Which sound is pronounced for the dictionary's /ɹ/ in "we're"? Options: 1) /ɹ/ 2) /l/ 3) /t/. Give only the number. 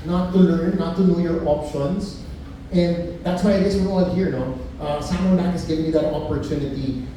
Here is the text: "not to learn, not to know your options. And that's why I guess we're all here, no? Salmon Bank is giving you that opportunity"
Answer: 2